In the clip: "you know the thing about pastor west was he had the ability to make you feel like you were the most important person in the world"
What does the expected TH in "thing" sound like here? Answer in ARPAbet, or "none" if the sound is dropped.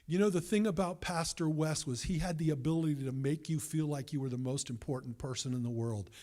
TH